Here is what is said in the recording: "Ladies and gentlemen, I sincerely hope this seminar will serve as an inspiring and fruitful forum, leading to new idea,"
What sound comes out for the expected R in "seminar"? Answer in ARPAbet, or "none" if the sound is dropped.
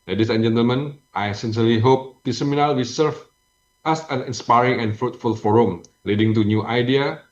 L